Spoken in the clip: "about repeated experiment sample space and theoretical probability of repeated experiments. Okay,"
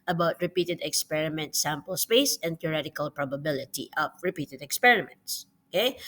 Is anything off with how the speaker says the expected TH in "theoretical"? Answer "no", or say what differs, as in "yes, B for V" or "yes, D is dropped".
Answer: yes, T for TH